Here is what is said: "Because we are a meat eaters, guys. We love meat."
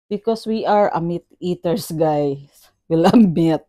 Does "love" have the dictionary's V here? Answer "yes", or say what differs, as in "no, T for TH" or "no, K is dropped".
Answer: no, B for V